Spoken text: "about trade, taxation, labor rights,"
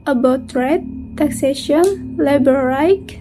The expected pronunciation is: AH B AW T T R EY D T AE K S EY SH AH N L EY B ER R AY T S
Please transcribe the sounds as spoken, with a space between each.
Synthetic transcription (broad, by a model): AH B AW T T R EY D T AE K S EY SH AH N L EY B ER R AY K